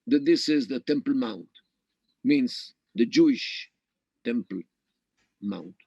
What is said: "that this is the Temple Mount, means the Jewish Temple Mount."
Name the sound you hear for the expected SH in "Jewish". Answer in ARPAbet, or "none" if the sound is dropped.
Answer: SH